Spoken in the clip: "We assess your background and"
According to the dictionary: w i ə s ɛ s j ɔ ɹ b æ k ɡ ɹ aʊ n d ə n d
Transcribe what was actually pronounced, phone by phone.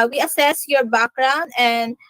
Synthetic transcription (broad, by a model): w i ə s ɛ s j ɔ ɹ b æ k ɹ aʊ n ə n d